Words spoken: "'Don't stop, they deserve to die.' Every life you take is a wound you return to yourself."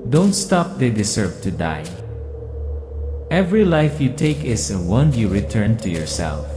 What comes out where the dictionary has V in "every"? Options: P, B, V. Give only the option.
V